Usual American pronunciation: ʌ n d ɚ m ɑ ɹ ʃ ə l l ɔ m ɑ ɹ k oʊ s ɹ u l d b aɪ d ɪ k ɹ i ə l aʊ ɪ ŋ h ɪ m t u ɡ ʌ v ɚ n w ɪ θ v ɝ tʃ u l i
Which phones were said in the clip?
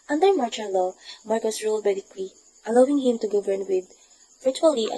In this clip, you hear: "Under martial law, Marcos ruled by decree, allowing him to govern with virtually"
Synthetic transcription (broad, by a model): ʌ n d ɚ m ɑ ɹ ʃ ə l l ɔ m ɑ ɹ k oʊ s ɹ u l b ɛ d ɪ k l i ə l aʊ ɪ ŋ h ɪ m t u ɡ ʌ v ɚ n w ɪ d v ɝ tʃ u l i